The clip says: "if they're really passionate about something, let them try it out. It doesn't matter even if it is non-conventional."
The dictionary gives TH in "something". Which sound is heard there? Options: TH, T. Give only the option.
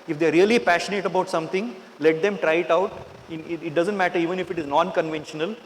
T